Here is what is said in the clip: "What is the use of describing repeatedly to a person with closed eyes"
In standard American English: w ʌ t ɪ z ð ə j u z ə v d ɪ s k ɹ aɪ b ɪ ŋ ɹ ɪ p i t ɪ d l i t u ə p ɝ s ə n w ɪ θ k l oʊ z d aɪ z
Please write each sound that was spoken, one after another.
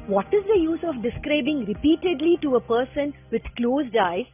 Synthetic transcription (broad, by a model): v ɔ t ɪ z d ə j u z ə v d ɪ s k ɹ aɪ b ɪ ŋ ɹ ɪ p i t ɪ d l i t u ə p ɝ s ə n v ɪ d k l oʊ z d aɪ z